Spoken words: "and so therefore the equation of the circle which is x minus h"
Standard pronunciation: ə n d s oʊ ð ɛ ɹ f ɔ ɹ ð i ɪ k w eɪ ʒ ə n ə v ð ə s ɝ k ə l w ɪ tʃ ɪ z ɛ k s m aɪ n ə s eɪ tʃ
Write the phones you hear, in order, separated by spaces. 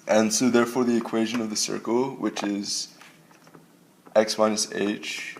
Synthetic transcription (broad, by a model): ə n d s oʊ ð ɛ ɹ f ɔ ɹ ð i ɪ k w eɪ ʒ ə n ə v ð ə s ɝ k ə l w ɪ tʃ ɪ z ɛ k s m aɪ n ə s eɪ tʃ